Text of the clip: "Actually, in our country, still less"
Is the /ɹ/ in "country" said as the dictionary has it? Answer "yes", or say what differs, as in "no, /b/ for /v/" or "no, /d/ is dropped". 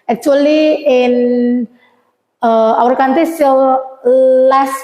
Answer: no, /ɹ/ is dropped